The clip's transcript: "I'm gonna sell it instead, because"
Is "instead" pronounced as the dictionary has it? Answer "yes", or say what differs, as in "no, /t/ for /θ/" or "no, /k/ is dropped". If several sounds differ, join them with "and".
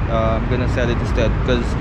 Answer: no, /n/ is dropped